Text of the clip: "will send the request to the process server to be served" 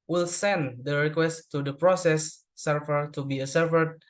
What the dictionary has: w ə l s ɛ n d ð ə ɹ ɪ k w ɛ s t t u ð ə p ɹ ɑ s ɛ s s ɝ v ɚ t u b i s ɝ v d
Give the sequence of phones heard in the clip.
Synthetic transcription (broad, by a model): w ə l s ɛ n d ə ɹ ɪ k w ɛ s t t u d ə p ɹ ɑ s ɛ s s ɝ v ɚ t u b i s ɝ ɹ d